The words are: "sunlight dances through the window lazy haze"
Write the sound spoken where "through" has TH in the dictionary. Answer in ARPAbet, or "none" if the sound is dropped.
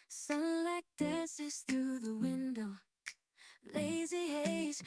TH